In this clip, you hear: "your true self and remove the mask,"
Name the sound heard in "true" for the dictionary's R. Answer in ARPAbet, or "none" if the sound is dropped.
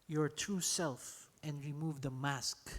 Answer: none